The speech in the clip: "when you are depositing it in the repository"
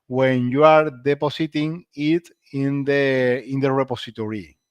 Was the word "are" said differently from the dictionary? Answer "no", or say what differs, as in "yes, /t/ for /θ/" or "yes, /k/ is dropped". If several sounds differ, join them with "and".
no